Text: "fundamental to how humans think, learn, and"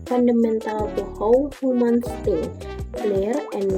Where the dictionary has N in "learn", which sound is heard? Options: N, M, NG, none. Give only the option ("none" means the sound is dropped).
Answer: none